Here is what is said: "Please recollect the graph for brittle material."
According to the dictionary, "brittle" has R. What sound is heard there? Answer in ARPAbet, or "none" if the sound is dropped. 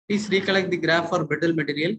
none